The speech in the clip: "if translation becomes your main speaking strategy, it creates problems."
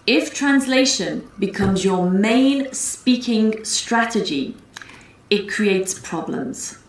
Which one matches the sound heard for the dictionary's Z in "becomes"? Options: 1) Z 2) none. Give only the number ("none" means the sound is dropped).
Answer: 1